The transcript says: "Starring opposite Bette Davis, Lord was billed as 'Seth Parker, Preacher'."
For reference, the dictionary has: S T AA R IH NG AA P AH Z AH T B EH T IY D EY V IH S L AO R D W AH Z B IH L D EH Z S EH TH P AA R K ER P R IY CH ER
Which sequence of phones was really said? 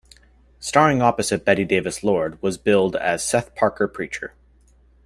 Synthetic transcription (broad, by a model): S T AA R IH NG AA P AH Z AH T B EH T IY D EY V IH S L AO R D W AH Z B IH L D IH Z S EH TH P AA R K ER P R IY CH ER